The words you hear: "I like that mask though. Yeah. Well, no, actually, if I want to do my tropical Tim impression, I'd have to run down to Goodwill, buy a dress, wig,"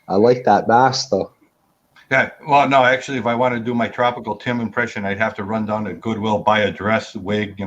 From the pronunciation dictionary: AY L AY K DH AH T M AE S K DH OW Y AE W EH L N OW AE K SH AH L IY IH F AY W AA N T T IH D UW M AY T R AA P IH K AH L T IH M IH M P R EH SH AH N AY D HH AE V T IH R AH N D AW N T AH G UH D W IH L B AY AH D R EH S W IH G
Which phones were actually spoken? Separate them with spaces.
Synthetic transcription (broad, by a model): AY L AY K DH AH T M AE S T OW Y AE W EH L N OW AE K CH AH L IY IH F AY W AA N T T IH D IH M AY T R AA P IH K L T IH M IH M P R EH SH AH N AY D HH AE F T IH R AH N D AW N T G UH D W IH L B AY AH D R EH S W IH G